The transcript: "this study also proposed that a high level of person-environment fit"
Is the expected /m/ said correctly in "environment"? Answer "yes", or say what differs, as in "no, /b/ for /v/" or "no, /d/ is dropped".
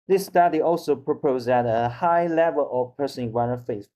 no, /m/ is dropped